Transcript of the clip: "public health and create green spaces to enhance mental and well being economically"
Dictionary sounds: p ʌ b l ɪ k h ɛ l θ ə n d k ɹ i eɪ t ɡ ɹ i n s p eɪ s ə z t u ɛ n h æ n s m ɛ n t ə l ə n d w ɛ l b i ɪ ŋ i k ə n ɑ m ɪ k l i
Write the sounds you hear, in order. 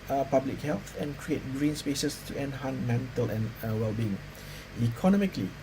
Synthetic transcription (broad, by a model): p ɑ b l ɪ k h ɛ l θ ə n k ɹ i eɪ t ɡ ɹ i n s p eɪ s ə s t u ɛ n h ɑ n m ɛ n t ə l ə n w ɛ l b i ɪ ŋ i k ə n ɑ m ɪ k l i